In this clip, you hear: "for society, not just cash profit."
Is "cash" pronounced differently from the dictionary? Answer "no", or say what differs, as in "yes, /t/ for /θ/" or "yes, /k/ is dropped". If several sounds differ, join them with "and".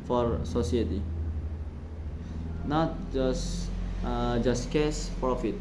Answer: yes, /s/ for /ʃ/